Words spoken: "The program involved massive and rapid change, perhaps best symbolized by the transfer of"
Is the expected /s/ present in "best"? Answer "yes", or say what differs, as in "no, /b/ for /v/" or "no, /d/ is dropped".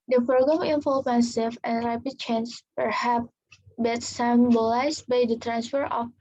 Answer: no, /s/ is dropped